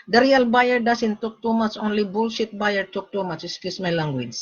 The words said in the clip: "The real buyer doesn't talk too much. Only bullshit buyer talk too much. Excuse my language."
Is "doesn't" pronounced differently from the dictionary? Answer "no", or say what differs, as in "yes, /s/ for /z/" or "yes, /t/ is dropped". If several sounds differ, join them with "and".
yes, /s/ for /z/